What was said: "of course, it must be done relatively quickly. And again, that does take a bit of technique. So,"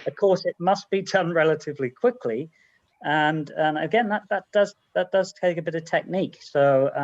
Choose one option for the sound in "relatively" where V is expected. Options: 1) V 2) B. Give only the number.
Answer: 1